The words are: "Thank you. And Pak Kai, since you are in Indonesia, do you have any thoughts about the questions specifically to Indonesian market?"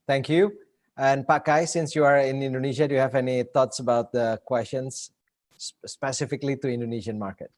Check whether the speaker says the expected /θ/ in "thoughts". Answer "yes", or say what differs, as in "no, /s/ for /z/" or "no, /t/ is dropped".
no, /t/ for /θ/